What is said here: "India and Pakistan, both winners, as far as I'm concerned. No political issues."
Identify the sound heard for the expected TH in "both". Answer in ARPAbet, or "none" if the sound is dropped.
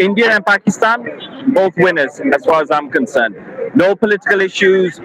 TH